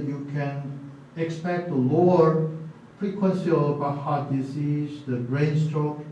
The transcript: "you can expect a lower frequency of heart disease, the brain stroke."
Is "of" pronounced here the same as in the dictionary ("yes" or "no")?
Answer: no